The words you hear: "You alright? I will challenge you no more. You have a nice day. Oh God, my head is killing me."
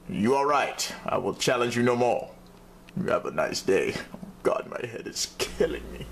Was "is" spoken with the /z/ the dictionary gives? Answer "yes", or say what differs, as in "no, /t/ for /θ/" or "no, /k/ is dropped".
no, /s/ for /z/